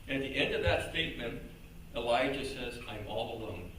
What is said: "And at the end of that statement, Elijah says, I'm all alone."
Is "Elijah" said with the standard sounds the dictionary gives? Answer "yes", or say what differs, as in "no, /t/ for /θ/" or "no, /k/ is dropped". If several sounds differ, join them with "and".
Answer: yes